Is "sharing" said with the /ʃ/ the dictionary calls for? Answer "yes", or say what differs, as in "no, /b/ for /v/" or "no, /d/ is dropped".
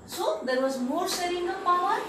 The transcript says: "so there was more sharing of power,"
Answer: no, /s/ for /ʃ/